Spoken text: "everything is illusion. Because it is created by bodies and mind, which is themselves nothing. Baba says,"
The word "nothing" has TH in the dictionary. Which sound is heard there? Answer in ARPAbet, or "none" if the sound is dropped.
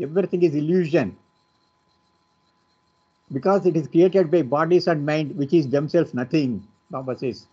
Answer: T